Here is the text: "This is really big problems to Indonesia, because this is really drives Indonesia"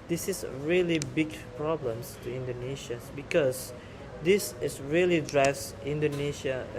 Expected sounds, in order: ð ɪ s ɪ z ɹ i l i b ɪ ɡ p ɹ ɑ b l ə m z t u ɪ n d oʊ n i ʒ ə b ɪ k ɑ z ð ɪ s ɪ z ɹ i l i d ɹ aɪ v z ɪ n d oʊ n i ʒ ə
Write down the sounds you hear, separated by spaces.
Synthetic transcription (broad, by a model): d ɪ s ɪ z ɹ i l i b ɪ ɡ p ɹ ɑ b l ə m s t u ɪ n d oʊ n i ʃ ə b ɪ k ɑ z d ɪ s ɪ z ɹ i l i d ɹ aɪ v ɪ n d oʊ n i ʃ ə